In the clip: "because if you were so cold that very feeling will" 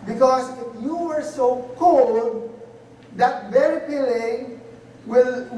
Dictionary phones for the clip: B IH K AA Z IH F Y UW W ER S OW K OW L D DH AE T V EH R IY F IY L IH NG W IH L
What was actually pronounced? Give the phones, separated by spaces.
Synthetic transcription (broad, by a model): B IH K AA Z IH F Y UW W ER S OW K OW L D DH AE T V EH R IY P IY L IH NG W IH L